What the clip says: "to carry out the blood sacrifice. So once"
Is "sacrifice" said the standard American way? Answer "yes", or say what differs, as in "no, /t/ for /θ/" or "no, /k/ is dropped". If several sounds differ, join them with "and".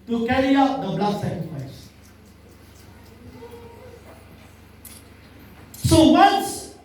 no, /ɹ/ is dropped